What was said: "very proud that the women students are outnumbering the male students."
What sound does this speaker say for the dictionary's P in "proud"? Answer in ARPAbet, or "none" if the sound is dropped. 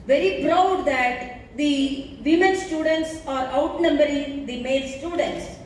B